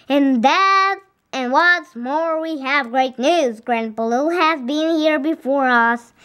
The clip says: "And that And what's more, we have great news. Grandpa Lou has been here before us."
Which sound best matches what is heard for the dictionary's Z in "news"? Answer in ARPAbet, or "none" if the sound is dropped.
Z